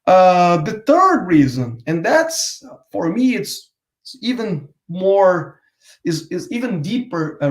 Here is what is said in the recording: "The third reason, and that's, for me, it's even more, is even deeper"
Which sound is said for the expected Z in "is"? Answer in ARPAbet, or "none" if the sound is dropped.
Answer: S